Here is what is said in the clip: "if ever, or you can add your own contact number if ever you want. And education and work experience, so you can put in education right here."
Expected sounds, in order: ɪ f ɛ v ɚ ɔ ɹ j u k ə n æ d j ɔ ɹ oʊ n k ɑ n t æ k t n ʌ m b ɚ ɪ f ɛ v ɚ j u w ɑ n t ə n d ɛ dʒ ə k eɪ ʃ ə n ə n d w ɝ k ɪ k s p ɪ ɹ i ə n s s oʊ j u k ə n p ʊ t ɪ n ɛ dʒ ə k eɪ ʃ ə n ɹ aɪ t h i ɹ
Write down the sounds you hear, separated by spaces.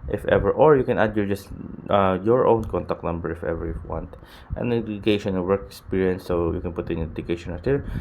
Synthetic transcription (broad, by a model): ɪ f ɛ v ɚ ɔ ɹ j u k ə n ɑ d j ɔ ɹ oʊ n k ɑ n t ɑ k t n ʌ m b ɚ ɪ f ɛ v ɚ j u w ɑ n t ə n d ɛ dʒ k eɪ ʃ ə n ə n w ɝ k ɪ k s p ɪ ɹ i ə n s s oʊ j u k ə n p ʊ t ɪ n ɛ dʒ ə k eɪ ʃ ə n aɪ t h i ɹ